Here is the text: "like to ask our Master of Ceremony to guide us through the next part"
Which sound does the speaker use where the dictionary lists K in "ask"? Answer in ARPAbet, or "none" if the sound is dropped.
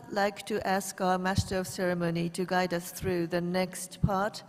K